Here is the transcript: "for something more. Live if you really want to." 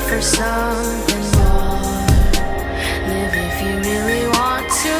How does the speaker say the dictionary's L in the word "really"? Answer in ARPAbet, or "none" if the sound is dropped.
L